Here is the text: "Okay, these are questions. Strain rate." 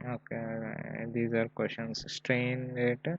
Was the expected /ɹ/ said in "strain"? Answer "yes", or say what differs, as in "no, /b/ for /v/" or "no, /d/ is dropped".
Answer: yes